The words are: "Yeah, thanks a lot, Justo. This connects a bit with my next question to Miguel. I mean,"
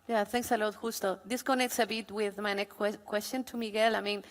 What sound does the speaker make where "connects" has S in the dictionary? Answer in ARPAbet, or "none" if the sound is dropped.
S